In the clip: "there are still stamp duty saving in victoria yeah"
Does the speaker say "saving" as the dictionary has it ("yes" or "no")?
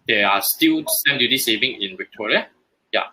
yes